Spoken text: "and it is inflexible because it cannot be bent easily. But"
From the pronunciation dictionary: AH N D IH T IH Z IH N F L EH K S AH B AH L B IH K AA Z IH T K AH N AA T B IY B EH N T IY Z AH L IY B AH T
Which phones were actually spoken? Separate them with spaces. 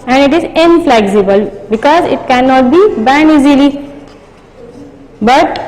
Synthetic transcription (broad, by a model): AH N D IH T IH Z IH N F L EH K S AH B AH L B IH K AA Z IH T K AH N AA T B IY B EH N IY Z AH L IY B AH T